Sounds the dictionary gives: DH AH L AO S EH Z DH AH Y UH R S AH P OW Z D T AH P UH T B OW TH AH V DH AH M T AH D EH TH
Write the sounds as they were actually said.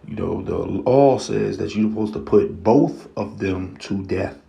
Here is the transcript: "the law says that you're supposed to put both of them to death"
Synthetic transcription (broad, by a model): DH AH L AO S EH Z DH AH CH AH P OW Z T AH P UH T B OW TH AH V DH AH M T AH D EH TH